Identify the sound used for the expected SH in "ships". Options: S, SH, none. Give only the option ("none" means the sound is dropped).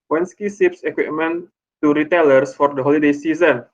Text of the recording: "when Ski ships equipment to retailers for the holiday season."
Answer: S